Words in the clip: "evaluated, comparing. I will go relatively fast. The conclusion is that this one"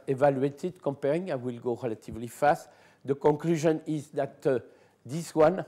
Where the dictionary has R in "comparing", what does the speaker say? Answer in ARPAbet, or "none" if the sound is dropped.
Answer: R